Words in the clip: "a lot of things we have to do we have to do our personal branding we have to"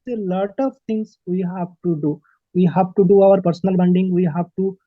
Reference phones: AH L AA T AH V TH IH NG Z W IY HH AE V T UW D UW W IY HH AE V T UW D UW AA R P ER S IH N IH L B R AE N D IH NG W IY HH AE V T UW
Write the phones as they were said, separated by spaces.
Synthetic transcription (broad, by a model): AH L AA T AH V T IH NG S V IY HH AE V T UW D UW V IY HH AE V T UW D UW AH R P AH S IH N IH L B AH N D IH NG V IY HH AE V T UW